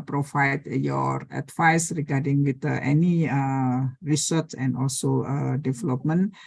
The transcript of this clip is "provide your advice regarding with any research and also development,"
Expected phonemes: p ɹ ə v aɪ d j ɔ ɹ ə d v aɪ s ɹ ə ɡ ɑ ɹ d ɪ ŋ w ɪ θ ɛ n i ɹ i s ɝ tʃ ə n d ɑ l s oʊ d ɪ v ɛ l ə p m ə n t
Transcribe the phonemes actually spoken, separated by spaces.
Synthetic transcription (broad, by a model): p ɹ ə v aɪ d j ɔ ɹ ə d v aɪ s ɹ ə ɡ ɑ ɹ d ɪ ŋ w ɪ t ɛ n i ɹ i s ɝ s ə n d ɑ l s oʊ d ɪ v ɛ l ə p m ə n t